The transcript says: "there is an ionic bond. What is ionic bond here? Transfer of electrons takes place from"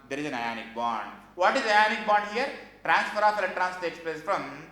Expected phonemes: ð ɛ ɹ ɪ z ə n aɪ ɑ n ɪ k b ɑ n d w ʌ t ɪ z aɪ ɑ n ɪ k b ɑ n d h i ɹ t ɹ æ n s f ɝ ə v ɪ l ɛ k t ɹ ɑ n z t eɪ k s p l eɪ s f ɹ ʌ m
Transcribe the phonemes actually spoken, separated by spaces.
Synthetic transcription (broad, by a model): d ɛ ɹ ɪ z ə n aɪ ɑ n ɪ k b ɑ n d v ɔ t ɪ z aɪ ɑ n ɪ k b ɑ n d h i ɹ t ɹ æ n s f ɝ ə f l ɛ t ɹ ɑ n s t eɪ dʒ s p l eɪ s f ɹ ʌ m